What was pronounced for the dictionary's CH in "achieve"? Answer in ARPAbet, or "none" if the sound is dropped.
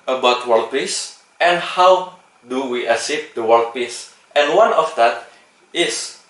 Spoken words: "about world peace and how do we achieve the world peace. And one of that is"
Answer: S